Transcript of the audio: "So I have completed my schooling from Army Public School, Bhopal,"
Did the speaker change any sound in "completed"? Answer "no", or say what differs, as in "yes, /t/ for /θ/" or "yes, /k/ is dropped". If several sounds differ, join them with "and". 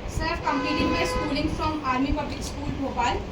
yes, /l/ is dropped